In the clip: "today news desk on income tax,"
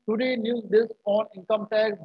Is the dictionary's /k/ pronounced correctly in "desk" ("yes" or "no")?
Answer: no